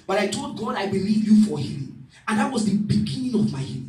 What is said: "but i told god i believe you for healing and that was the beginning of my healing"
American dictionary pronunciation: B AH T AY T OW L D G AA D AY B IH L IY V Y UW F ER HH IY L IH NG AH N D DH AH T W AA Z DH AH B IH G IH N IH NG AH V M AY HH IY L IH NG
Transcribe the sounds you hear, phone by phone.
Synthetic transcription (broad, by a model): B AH T AY T OW L D G AA D AY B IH L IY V Y UW F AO HH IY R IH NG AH N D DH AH T W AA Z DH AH B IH G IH N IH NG AH V M AY HH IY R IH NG